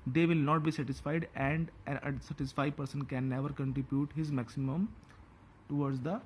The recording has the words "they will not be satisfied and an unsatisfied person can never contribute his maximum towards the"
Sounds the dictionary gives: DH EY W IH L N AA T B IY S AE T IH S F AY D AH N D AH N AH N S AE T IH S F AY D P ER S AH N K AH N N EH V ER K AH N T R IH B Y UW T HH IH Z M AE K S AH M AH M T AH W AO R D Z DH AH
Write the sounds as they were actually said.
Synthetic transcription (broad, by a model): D EY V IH L N AA T B IY S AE T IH S F AY D AH N D AH N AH S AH T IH S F AY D P ER S AH N K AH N N EH V ER K AH N T R IH B Y UW T HH IH Z M AE K S AH M AH M T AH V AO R D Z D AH